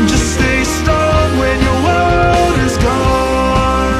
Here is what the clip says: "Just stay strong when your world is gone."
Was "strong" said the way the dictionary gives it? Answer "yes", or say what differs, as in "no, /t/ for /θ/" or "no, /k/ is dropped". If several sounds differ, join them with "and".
no, /ɹ/ is dropped